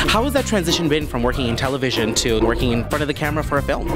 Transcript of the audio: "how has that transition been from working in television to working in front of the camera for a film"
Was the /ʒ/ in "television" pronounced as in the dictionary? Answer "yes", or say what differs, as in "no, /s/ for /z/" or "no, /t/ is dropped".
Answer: yes